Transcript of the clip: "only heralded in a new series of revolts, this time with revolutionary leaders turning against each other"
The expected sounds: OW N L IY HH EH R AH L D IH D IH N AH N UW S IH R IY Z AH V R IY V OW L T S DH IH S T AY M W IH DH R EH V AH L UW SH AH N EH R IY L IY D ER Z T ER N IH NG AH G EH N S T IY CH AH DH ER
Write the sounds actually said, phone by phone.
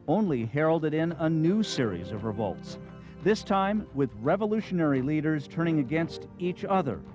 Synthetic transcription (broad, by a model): OW N L IY HH EH R L D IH D IH N AH N UW S IH R IY Z AH V R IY V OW L T S DH IH S T AY M W IH DH R EH V AH L UW SH AH N EH R IY L IY D ER Z T ER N IH NG AH G EH N S T IY CH AH DH ER